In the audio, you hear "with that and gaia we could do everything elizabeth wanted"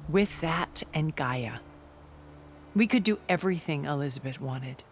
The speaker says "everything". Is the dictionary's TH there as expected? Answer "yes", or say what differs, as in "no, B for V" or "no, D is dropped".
yes